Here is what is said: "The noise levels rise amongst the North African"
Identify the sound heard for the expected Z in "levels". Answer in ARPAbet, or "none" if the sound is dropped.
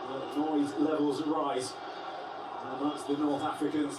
Z